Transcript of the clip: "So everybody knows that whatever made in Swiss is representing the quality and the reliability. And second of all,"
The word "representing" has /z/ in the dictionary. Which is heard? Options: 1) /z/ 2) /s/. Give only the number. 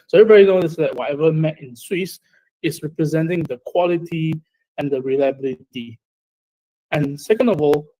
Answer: 1